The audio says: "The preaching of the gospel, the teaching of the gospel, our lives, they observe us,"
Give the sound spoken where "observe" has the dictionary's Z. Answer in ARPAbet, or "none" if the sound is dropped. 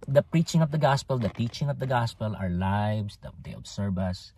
S